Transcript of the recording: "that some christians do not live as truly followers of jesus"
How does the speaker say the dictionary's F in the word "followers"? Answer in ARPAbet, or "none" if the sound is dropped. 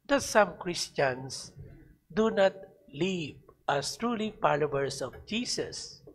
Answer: P